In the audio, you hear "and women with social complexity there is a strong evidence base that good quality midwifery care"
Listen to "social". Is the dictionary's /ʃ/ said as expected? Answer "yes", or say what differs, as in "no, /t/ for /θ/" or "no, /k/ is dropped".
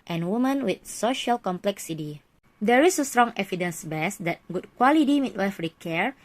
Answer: yes